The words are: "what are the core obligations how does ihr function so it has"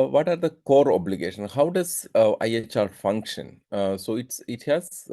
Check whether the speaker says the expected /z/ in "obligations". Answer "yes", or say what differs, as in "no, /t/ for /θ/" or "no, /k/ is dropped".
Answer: no, /z/ is dropped